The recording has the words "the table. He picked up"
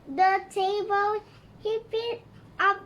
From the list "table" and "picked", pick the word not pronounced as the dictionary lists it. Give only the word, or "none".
picked